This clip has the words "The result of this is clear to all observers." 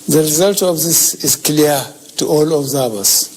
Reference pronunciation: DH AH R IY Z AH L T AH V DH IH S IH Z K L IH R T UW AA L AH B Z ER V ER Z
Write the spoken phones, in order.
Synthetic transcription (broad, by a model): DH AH R IY Z AH L T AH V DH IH S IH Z K L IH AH T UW AA L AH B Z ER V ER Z